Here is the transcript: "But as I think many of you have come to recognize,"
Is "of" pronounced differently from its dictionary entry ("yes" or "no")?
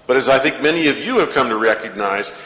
no